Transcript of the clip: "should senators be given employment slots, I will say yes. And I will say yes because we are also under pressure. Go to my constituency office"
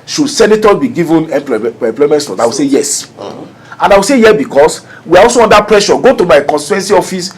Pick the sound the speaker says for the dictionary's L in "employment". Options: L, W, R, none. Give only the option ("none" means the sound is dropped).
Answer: L